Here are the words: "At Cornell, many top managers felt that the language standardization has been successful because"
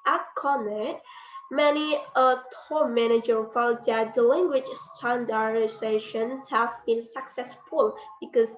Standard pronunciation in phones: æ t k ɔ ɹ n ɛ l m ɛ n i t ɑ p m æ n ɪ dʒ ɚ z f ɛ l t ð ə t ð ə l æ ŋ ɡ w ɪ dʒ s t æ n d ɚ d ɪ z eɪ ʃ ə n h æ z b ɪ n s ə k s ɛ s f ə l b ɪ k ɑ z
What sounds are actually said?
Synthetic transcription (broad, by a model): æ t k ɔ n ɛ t m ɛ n i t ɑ m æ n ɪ dʒ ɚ f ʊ n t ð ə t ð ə l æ ŋ ɡ w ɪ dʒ s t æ n d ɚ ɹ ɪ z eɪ ʃ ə n h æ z b ɪ n s ə k s ɛ s f ə l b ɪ k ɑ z